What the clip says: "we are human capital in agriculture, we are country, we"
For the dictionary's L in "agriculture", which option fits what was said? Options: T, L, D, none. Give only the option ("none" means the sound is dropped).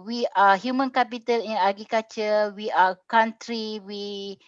none